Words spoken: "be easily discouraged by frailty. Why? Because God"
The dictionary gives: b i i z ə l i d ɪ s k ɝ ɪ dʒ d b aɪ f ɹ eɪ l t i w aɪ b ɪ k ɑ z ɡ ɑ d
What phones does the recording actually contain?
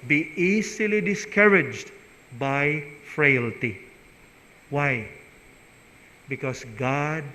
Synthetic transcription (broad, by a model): b i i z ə l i d ɪ s k ɝ ɪ dʒ d b aɪ f ɹ eɪ l t i w aɪ b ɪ k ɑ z ɡ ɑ d